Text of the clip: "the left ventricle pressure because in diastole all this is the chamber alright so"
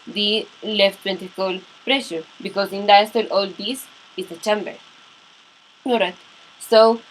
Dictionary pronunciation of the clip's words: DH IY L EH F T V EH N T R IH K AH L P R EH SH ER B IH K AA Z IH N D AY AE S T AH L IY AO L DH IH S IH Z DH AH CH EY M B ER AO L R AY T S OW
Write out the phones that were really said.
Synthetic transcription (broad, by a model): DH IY L EH F T P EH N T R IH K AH L P R EH SH ER B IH K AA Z IH N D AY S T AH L AO L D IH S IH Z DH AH CH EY M B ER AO R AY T S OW